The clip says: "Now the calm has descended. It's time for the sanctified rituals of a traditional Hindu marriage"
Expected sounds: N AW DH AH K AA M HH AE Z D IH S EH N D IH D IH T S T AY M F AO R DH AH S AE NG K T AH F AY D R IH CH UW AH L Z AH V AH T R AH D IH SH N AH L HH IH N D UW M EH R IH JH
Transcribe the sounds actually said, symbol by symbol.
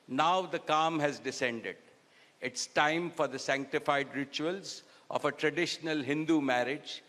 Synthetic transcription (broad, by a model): N AW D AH K AA M HH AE Z D IH S EH N D IH D IH T S T AY M F AO R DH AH S AE NG K T AH F AY D R IH CH UW AH L Z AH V AH T R AH D IH SH N AH L HH IH N D UW M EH R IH JH